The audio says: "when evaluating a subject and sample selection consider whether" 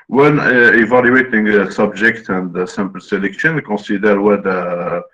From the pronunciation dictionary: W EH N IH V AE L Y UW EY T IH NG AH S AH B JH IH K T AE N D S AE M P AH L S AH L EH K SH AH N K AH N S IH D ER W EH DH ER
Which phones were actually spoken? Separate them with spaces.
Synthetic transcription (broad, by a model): W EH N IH V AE L Y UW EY T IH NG S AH B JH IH K T AE N D S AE M P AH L S AH L EH K SH AH N K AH S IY D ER W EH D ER